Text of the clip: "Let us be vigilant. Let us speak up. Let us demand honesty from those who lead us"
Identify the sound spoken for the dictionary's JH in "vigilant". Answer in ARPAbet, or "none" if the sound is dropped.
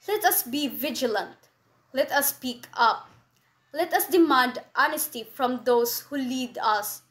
JH